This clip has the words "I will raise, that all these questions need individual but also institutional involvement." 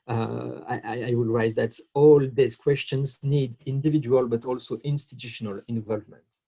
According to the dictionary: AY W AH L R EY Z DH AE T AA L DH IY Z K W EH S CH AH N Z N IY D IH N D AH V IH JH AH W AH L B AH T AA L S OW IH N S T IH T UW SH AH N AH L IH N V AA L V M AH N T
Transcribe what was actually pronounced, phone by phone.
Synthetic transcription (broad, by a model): AY W AH L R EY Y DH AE T AA L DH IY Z K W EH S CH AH N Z N IY D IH N D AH V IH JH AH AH L B AH T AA L S OW IH N S T IH T UW SH AH N AH L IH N V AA L V M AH N T